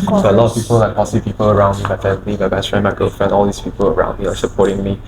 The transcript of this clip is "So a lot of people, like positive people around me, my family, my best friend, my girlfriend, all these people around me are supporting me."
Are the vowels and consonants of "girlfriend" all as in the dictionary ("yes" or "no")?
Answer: no